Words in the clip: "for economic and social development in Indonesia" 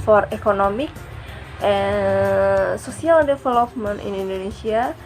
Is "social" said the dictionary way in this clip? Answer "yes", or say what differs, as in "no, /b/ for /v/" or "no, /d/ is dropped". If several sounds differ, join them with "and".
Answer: no, /s/ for /ʃ/